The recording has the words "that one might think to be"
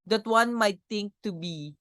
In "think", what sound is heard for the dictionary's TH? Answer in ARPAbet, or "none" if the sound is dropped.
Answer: T